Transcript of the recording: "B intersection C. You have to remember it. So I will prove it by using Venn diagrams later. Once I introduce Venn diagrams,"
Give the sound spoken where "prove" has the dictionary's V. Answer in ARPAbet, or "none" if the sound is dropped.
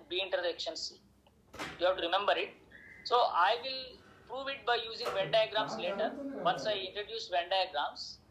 V